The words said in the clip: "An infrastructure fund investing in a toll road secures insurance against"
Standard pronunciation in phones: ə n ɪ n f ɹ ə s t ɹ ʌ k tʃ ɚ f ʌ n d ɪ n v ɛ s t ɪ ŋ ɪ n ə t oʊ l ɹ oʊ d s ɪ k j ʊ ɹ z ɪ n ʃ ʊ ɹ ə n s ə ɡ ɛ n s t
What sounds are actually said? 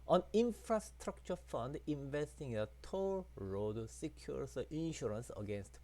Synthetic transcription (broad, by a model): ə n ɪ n f ɹ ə s t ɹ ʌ k tʃ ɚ f ʌ n d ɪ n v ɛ s t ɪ ŋ ɪ n ə t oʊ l ɹ oʊ d s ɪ k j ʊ ɹ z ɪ n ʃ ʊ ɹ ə n s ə ɡ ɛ n s t